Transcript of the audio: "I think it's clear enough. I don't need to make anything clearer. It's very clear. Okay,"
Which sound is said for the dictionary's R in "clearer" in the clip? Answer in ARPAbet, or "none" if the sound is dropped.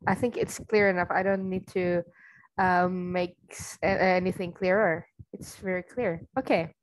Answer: R